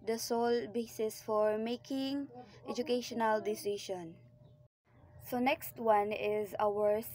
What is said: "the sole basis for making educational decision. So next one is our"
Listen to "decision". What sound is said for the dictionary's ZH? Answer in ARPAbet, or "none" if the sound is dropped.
SH